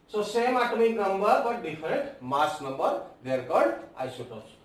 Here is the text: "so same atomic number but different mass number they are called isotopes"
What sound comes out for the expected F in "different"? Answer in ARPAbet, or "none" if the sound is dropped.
P